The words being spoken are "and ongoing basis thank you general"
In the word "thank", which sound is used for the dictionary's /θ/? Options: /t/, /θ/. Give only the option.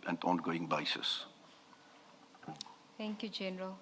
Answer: /t/